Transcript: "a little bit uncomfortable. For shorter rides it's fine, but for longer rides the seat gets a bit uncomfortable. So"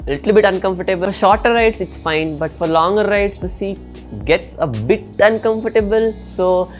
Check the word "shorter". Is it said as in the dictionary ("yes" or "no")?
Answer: yes